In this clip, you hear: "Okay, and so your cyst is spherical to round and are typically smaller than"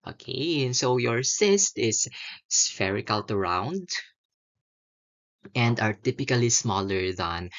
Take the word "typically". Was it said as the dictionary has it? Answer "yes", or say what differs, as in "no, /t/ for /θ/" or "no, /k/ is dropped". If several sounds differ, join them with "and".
yes